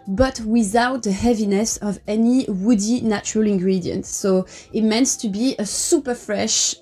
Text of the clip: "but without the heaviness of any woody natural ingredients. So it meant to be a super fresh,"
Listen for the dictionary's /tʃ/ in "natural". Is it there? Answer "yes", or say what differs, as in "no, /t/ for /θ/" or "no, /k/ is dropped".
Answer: yes